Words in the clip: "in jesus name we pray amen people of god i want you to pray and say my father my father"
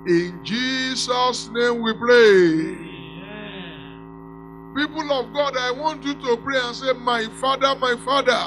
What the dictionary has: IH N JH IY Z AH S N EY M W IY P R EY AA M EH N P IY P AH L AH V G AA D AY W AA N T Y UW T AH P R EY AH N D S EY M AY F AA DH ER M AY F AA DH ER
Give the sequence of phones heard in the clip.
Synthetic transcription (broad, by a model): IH N JH IY S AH S N EY M W IY P R EY P IY P AH L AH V G AA D AY W AA N T Y UW T AH P R EY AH N S EY M AY F AA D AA M AY F AA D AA